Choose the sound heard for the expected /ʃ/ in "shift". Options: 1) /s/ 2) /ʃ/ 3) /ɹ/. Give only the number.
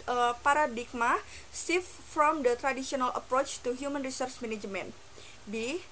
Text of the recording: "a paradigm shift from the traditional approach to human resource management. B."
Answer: 1